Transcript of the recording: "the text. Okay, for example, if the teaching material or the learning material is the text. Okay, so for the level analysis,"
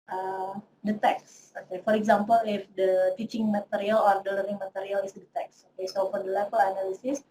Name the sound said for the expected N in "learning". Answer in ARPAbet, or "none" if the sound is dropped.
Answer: none